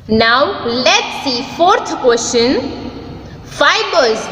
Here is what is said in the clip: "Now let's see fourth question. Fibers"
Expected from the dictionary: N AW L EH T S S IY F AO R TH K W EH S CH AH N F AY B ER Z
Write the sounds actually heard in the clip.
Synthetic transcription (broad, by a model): N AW L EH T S S IY F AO R T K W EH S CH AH N F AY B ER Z